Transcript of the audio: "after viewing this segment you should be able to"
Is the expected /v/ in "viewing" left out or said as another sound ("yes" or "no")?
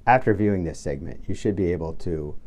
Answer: no